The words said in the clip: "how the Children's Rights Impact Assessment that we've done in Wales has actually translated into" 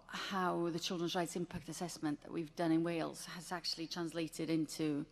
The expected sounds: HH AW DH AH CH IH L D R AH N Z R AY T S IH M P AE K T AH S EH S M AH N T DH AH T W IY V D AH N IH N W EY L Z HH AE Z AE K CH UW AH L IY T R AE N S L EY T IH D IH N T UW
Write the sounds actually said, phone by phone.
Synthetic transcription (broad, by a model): HH AW DH AH CH IH L D R AH N Z R AY T S IH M P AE K T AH S EH S M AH N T DH AH T W IY V D AH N IH N W EY L Z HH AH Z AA K CH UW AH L IY T R AE N S L EY T IH D IH N T UW